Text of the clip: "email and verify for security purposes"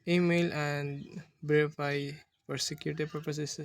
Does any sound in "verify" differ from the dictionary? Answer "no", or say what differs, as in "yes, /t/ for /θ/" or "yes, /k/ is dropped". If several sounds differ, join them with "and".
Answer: yes, /b/ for /v/